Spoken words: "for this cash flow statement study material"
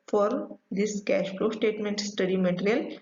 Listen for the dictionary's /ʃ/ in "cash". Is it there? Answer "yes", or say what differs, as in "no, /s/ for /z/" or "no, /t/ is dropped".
yes